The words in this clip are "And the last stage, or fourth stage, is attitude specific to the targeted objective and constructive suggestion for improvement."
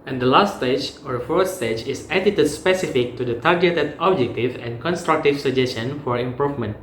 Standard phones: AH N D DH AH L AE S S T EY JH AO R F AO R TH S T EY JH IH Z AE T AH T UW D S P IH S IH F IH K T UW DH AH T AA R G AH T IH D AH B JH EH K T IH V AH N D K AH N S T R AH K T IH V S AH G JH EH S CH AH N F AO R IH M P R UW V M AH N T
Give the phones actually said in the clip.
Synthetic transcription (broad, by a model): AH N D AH L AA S S T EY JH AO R F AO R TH S T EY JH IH S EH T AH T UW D S P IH S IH F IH K T UW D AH T AA R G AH T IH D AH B JH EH K T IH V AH N K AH N S T R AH K T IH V S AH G JH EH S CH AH N F AO R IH M P R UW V M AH N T